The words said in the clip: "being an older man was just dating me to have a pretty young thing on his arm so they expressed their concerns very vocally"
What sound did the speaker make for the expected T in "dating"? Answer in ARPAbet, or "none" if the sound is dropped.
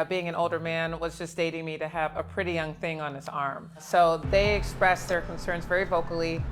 T